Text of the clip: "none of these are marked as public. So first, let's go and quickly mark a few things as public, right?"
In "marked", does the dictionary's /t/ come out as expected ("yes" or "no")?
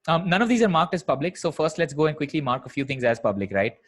yes